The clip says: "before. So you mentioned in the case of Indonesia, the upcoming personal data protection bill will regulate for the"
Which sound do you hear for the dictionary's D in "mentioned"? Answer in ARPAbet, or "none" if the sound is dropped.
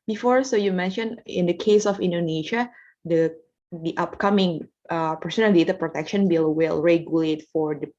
none